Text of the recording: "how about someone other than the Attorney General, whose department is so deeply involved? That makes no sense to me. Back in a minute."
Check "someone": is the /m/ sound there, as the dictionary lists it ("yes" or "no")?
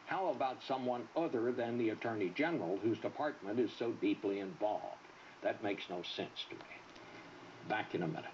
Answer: yes